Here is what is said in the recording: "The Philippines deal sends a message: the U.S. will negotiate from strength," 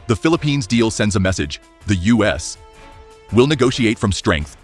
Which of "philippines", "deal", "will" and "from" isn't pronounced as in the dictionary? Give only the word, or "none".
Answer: none